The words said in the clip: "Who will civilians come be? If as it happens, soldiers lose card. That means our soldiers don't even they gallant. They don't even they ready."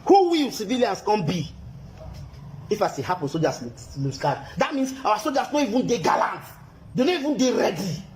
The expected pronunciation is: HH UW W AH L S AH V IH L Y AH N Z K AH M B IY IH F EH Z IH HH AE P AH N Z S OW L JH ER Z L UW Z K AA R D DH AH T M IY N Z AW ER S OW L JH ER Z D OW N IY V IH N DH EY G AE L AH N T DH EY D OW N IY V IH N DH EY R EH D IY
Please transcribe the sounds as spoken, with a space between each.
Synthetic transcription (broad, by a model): HH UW W AH L S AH V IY L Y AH N S K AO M B IY IH F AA S IH HH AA P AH N S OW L JH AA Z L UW S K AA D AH T M IY N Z AW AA S OW L JH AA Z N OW IY V IH N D EY G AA L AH N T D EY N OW IY V IH N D EY R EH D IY